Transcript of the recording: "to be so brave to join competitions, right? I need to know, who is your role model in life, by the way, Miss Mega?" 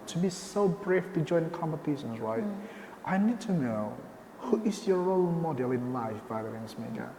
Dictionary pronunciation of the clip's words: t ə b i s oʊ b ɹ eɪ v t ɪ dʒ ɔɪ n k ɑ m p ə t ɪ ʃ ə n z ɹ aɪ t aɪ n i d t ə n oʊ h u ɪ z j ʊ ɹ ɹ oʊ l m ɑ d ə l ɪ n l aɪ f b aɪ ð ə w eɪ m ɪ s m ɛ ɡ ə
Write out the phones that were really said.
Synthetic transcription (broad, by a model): t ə b i s oʊ b ɹ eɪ f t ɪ dʒ ɔɪ n k ɑ m p ə t ɪ ʃ ə n z ɹ aɪ t aɪ n i d t ə n oʊ h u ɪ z j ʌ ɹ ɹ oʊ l m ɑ d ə l ɪ n l aɪ f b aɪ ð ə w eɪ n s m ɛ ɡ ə